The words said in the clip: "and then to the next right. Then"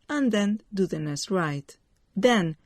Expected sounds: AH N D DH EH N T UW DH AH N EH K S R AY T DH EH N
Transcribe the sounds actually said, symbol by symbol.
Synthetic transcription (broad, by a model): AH N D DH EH N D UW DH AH N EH S R AY T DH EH N